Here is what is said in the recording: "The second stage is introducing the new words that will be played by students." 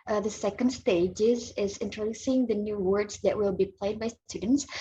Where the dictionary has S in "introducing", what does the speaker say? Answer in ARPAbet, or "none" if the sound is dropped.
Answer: S